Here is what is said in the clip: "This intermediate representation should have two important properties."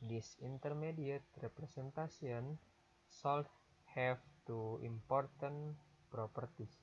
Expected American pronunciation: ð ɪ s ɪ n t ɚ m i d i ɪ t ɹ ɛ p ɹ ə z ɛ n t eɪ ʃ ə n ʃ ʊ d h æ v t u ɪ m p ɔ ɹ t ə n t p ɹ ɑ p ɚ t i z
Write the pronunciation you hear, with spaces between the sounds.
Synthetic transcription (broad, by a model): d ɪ s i n t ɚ m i d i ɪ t ɹ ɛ p ɹ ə s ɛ n t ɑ s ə n s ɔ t h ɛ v t u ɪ m p ɔ ɹ t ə n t p ɹ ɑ p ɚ t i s